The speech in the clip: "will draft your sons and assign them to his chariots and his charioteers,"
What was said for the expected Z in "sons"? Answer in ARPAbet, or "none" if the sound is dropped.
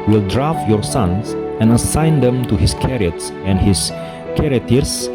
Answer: S